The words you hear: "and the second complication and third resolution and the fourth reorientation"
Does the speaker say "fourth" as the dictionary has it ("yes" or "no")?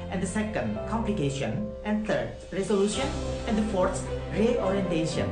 no